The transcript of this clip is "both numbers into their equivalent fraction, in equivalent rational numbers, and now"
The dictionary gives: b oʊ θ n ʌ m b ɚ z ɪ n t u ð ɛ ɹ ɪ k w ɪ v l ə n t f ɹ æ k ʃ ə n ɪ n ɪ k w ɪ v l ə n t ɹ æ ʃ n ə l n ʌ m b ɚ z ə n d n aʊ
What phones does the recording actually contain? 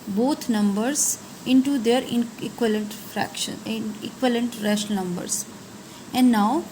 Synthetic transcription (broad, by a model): b oʊ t n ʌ m b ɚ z ɪ n t u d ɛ ɹ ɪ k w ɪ l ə n t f ɹ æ k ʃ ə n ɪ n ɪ k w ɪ l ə n t ɹ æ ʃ ə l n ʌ m b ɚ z ə n d n aʊ